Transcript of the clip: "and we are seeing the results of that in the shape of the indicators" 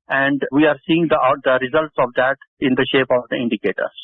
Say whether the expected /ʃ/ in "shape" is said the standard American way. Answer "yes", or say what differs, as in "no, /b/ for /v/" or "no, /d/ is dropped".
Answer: yes